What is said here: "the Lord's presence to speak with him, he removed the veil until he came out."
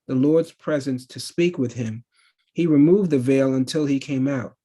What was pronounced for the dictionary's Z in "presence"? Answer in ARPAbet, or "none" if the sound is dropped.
Z